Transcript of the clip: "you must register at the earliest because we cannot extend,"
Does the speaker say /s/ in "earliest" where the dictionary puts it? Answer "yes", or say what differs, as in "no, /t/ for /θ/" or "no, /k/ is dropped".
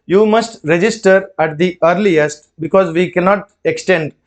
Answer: yes